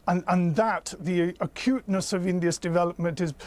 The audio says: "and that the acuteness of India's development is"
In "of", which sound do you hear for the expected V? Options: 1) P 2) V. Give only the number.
2